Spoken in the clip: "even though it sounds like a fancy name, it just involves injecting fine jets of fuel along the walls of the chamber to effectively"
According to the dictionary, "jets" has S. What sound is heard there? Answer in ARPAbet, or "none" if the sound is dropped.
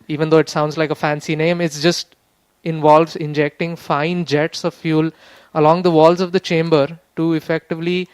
S